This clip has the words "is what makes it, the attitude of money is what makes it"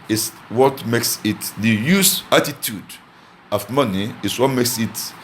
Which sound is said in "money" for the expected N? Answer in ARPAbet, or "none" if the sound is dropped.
N